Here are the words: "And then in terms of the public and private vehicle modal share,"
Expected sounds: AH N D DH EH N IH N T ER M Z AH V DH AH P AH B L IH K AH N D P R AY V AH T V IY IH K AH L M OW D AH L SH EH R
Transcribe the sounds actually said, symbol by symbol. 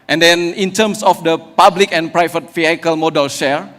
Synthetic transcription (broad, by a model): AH N D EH N IH N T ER M S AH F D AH P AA B L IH K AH N P R AY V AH T F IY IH K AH L M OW D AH L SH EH R